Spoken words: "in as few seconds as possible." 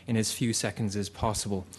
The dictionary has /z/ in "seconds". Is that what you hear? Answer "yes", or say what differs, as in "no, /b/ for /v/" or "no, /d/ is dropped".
yes